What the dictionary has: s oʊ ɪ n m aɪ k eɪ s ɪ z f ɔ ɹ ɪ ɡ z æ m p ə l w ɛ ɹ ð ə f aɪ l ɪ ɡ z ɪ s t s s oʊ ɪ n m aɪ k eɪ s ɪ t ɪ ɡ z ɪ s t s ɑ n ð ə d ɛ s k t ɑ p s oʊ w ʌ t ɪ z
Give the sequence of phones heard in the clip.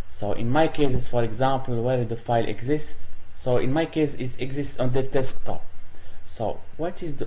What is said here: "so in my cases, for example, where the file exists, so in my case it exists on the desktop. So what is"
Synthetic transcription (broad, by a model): s oʊ ɪ n m aɪ k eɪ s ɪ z f ɔ ɹ ɪ ɡ z æ m p ə l w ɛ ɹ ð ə f aɪ l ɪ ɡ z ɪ s t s s oʊ ɪ n m aɪ k eɪ s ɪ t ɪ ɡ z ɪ s t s ɑ n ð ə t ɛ s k t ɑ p s oʊ w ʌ t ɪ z